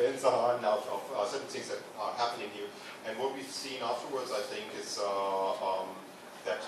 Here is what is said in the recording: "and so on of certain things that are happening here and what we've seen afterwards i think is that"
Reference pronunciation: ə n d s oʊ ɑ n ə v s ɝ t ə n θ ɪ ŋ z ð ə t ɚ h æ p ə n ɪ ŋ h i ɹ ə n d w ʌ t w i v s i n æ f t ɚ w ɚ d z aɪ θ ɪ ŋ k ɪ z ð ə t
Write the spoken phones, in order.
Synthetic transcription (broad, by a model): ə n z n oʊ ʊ ə v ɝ s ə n θ ɪ ŋ z ð ə t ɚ h æ p ə n ɪ ŋ h i ɹ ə n w ʌ t w i v s i n æ f t ɚ w ɚ d z aɪ θ ɪ ŋ k ɪ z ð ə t